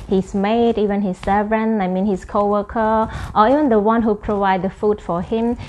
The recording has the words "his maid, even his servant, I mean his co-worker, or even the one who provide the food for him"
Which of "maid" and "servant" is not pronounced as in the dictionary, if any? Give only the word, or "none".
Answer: servant